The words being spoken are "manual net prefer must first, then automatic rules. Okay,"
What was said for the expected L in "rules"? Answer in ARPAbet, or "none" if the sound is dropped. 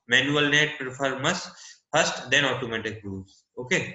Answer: none